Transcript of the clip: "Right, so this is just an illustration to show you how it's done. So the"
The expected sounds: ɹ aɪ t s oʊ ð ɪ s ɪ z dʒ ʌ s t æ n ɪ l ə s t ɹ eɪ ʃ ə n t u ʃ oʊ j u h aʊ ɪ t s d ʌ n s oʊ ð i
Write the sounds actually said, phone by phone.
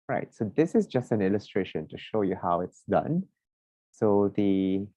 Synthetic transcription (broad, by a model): ɹ aɪ t s oʊ ð ɪ s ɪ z dʒ ʌ s t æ n ɪ l ə s t ɹ eɪ ʃ ə n t u ʃ oʊ j u h aʊ ɪ t s d ʌ n s oʊ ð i